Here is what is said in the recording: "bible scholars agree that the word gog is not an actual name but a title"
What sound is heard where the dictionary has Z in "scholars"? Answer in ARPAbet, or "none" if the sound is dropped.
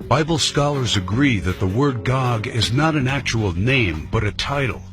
Z